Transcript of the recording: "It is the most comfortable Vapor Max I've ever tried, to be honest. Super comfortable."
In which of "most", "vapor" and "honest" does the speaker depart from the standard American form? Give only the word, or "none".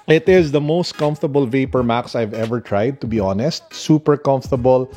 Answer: none